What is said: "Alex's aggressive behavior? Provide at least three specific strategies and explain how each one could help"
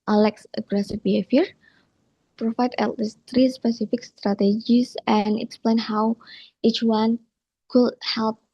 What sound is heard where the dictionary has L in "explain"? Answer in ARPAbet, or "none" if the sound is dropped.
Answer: L